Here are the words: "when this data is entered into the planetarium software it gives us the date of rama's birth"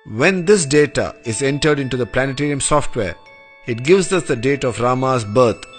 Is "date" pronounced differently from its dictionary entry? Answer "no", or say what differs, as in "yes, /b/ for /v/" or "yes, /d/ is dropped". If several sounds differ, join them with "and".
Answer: no